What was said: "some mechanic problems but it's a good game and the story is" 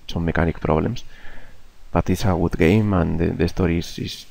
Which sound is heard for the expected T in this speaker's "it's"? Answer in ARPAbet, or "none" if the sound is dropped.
T